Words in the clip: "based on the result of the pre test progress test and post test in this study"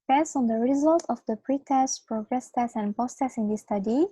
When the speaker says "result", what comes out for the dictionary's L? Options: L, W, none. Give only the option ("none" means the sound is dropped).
L